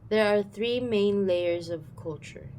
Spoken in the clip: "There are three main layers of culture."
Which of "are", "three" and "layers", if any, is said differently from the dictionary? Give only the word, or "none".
none